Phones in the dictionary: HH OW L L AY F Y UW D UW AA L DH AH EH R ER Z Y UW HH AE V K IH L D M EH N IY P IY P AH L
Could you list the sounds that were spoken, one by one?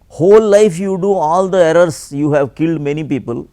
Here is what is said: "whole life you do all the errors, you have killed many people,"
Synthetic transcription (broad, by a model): HH OW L L AY F Y UW D UW AA L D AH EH R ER S Y UW HH AE V K IH L D M EH N IY P IY P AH L